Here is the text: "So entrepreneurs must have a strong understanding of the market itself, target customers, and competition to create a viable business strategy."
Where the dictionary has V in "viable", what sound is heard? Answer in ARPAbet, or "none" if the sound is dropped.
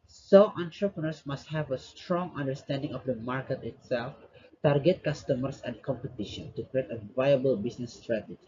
V